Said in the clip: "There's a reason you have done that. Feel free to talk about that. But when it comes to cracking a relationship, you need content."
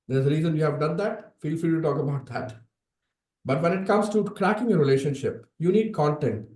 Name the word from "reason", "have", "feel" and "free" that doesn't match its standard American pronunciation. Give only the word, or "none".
free